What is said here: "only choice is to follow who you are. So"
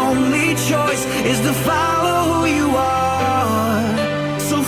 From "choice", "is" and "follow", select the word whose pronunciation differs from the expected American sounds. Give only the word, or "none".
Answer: none